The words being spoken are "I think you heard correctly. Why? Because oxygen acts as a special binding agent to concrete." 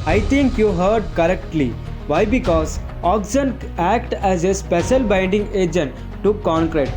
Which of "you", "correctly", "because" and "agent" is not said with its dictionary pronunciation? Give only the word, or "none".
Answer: none